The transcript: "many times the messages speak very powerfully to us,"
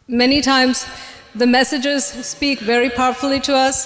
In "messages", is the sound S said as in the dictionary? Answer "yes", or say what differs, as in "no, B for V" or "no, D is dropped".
yes